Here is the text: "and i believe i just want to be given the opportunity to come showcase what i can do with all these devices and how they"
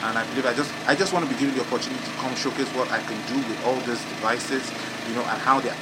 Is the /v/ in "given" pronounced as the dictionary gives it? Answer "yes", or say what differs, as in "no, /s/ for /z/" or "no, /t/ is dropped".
no, /v/ is dropped